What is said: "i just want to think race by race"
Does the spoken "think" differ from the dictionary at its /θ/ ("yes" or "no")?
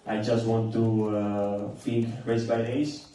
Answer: yes